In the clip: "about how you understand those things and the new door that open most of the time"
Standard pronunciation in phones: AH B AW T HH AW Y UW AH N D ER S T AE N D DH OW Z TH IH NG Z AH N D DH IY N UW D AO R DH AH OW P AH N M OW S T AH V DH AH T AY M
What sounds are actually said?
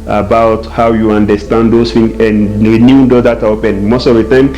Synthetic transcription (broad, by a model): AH B AW T HH AW Y UW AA N D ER S T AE N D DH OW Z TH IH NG AH N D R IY N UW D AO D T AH OW P AH N M OW S T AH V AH T AY M